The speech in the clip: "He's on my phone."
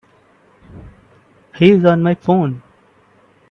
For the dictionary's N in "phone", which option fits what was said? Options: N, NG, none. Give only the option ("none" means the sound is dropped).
N